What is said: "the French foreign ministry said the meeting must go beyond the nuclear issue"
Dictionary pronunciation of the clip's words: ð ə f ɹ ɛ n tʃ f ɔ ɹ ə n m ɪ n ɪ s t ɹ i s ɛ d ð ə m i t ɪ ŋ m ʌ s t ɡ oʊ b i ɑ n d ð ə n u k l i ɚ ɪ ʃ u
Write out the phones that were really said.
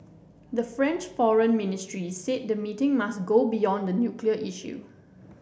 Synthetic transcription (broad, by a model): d ə f ɹ ɛ n tʃ f ɔ ɹ ə n m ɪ n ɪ s t ɹ i s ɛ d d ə m i t ɪ ŋ m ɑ s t ɡ oʊ b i ɑ n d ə n u k l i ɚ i ʃ u